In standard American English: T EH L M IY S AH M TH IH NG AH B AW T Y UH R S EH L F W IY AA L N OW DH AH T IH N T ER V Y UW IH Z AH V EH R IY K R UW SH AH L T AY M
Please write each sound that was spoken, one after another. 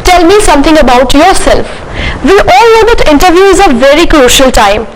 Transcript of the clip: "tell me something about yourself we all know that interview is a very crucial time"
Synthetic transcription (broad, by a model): T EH L M IY S AH M T IH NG AH B AW T Y UH R S EH L F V IY AA L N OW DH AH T IH N T ER V Y UW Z AH V EH R IY K R UW SH AH L T AY M